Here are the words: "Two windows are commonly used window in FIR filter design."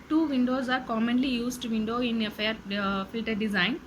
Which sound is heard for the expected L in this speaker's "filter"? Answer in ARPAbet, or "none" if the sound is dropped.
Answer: L